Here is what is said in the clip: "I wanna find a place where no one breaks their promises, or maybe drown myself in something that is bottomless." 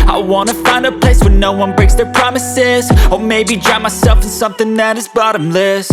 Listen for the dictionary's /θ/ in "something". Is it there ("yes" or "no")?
yes